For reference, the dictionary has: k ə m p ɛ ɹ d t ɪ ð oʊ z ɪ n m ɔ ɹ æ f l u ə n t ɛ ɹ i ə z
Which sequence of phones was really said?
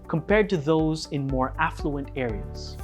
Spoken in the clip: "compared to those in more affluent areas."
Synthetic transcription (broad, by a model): k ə m p ɛ ɹ d t ɪ ð oʊ z ɪ n m ɔ ɹ æ f l u ə n t ɛ ɹ i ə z